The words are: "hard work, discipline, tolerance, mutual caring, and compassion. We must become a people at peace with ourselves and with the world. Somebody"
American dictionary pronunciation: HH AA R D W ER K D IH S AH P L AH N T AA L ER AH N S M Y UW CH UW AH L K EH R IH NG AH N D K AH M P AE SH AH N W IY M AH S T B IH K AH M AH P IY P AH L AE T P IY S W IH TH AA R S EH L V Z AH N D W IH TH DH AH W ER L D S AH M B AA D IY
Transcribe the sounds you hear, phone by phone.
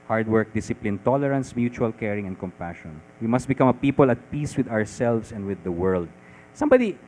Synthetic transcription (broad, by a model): HH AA R D W ER K D IH S AH P L AH N T AA L ER AH N S M Y UW CH UW AH L K EH R IH NG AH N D K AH M P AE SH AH N W IY M AH S T B IH K AH M AH P IY P AH L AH T P IY S W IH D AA R S EH L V S AH N D W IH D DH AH W ER L D S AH M B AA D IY